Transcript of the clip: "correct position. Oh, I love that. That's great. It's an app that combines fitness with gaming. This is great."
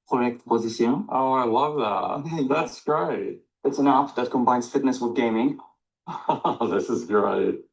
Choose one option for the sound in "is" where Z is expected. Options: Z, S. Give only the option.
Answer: Z